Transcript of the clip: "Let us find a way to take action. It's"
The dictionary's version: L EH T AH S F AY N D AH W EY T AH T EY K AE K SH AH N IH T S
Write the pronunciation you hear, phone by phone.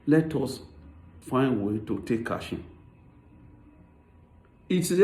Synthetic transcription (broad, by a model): L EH T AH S F AY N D W EY T AH T EY K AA SH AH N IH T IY